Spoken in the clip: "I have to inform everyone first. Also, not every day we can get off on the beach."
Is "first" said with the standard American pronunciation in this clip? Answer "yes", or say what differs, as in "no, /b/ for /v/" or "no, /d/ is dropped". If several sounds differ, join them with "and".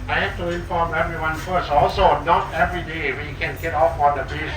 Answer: no, /t/ is dropped